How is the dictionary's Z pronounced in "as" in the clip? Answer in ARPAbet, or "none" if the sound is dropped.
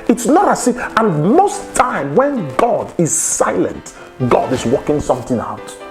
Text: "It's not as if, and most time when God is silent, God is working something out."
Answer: S